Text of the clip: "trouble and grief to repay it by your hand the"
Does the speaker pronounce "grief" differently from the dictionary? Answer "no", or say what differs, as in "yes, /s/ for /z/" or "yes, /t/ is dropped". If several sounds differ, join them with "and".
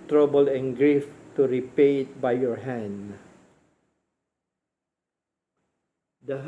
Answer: no